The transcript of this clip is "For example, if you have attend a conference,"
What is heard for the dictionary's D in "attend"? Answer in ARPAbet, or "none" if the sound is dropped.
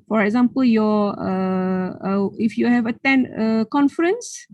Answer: none